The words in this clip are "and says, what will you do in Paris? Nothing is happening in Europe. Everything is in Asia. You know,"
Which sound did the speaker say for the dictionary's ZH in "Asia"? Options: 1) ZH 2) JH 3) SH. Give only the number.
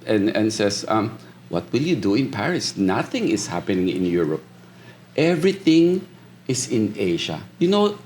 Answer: 3